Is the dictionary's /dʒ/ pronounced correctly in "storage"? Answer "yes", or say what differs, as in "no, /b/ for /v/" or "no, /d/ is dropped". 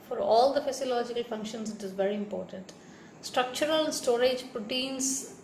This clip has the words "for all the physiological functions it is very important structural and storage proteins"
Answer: yes